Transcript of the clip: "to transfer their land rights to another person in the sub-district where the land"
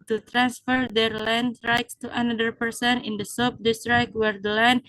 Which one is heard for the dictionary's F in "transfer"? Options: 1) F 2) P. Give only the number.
1